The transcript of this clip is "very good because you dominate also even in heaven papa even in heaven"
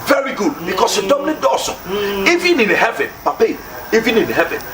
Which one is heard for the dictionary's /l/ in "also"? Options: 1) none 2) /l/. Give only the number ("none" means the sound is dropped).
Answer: 1